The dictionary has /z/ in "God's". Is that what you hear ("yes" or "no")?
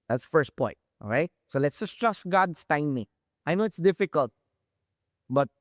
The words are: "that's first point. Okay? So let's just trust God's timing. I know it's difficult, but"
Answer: no